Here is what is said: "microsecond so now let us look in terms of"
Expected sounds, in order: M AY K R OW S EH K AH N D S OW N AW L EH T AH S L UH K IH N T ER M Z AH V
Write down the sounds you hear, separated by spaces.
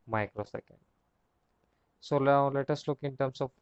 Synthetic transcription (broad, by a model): M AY K R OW S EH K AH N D S OW L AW L EH T AH S L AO K IH N T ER M S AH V